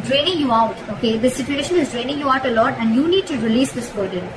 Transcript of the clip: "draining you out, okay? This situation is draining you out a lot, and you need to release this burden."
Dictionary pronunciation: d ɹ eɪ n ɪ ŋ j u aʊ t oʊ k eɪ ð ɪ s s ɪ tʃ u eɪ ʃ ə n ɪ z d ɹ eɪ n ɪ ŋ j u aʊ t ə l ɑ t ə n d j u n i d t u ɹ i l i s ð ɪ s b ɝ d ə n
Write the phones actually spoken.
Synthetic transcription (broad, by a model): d ɹ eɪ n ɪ ŋ j u aʊ t oʊ k eɪ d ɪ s s ɪ tʃ u eɪ ʃ ə n ɪ z d ɹ eɪ n ɪ ŋ j u aʊ t ə l ɑ t ə n d j u n i d t u ɹ i l i s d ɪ s b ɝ d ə n